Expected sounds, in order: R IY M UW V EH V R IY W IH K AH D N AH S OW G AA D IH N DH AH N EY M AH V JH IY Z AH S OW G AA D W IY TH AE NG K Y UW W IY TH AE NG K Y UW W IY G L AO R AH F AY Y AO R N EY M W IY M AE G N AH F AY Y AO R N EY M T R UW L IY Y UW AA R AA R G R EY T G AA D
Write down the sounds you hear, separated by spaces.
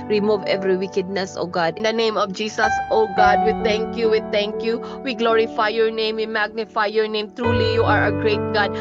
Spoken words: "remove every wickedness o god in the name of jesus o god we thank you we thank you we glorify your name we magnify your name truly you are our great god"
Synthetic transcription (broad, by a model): R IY M UW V EH V R IY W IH K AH D N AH S OW G AA D IH N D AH N EY M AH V JH IY S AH S OW G AA D W IY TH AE NG K Y UW W IY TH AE NG K Y UW W IY G L AO R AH F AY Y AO R N EY M W IY M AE G N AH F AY Y AO R N EY M T R UW L IY Y UW AA R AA G R EY T G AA D